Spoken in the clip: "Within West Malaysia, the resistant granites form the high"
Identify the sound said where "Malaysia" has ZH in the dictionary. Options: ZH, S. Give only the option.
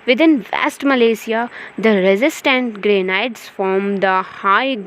S